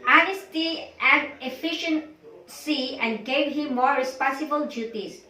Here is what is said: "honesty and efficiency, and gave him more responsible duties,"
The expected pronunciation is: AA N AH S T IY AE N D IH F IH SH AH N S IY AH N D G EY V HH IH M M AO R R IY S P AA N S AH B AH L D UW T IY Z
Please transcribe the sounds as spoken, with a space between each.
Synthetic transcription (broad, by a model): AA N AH S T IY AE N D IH F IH SH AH N S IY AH N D G EY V HH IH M M AO R R IY S P AA N S AH B AH L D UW T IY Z